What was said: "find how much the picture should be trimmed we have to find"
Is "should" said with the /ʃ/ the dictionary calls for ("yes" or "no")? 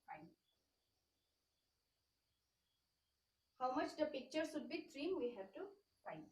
no